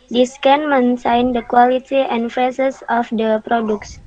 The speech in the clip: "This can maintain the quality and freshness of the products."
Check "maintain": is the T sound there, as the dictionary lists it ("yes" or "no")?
no